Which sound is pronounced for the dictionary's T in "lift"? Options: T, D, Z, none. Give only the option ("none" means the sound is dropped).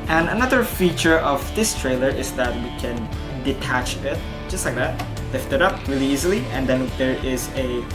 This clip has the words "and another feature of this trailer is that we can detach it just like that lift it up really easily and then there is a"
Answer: T